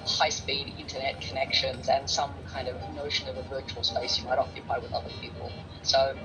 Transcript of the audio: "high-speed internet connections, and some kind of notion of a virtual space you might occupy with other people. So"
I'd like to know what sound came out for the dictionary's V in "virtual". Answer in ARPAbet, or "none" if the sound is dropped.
V